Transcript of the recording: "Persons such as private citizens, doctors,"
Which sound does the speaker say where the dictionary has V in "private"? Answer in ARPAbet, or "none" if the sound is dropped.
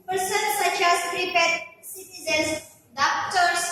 P